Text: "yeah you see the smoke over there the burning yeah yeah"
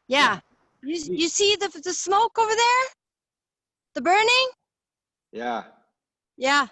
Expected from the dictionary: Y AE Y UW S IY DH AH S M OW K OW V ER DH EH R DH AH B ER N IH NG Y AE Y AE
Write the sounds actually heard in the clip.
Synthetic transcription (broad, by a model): Y AE Y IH S IY DH AH S M OW K OW V ER DH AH R DH AH B ER N IH NG Y AE Y AE